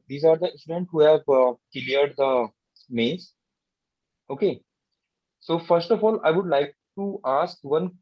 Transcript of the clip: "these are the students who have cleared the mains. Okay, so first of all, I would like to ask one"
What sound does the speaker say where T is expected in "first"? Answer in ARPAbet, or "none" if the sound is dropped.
T